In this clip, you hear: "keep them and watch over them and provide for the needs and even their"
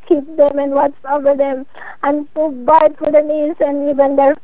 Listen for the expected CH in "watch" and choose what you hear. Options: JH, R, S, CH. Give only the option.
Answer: S